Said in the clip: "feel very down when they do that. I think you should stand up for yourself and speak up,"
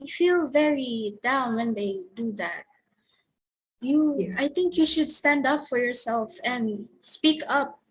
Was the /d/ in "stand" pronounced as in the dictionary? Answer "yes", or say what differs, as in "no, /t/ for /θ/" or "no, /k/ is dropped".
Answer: yes